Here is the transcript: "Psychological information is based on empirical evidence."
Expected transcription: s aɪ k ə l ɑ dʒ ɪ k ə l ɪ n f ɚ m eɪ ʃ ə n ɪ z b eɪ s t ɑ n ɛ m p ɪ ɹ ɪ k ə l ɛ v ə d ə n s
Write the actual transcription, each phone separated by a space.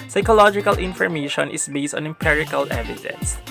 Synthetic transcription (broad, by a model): s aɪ k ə l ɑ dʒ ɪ k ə l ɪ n f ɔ m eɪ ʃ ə n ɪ s b eɪ s t ɑ n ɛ m p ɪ ɹ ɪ k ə l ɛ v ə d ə n s